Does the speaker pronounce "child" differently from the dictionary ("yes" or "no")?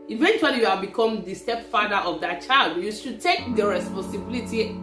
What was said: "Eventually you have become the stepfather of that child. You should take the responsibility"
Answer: no